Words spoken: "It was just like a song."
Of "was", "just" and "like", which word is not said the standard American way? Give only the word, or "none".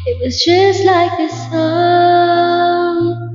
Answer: none